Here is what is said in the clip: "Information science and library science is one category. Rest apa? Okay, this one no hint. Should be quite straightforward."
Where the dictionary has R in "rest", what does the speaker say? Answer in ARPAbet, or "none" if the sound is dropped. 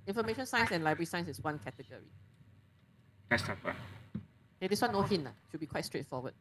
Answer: L